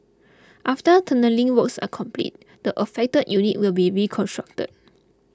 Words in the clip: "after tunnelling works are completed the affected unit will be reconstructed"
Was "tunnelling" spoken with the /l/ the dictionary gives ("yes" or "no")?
yes